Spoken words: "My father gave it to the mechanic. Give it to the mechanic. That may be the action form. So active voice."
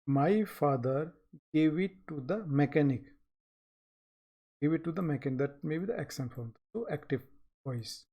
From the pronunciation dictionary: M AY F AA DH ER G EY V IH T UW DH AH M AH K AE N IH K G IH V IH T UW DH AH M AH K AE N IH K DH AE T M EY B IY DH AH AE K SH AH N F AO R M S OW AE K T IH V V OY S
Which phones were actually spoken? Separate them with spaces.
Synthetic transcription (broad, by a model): M AY F AA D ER G EY V IH T UW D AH M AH K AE N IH K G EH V IH T UW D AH M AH K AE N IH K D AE T M EY B IY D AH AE K S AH N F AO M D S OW AE K T IH V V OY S